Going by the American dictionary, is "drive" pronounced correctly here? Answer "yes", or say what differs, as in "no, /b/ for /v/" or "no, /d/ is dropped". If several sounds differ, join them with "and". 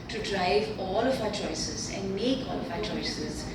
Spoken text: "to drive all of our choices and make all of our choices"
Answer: yes